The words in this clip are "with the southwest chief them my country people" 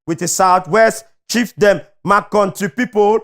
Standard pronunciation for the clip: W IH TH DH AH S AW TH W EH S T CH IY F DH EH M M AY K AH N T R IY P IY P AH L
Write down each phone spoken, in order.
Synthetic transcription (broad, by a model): W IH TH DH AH S AW T W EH S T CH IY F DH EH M M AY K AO N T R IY P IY P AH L